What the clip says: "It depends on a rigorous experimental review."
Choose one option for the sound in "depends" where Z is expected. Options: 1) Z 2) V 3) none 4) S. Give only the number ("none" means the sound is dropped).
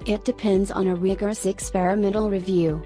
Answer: 1